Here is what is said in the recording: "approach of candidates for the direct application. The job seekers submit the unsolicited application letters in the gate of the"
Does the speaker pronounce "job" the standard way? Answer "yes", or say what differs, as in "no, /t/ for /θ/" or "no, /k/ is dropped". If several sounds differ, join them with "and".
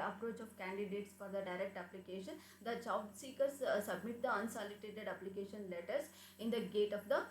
no, /tʃ/ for /dʒ/